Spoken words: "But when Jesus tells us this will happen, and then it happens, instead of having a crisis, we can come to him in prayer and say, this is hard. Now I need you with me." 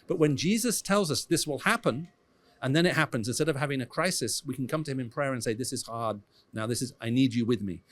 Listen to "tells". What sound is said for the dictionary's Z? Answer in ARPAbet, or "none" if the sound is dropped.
Z